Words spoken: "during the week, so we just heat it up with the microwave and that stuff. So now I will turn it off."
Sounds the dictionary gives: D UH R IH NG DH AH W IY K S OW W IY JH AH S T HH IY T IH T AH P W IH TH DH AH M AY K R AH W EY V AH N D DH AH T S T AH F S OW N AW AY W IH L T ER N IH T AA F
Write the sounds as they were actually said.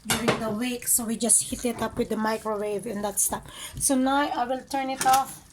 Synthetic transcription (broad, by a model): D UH R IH NG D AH W IY K S OW W IY JH AH S T HH IY T IH T AH P W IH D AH M AY K R AH W EY V AH N D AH T S T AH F S OW N AW AY W IH L T ER N IH T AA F